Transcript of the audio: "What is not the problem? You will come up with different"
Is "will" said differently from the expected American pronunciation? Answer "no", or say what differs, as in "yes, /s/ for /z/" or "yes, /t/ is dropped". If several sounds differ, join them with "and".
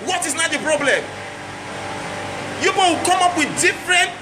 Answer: yes, /w/ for /l/